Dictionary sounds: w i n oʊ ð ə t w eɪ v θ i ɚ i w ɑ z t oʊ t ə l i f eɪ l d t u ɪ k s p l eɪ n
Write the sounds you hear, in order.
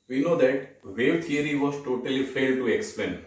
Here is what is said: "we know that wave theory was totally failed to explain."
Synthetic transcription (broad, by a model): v i n oʊ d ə t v eɪ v t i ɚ i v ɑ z t oʊ t ə l i f eɪ l d t u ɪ k s p l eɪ n